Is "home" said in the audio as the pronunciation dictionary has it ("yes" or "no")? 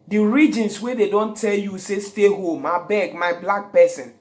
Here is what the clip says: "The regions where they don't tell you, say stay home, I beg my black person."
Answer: yes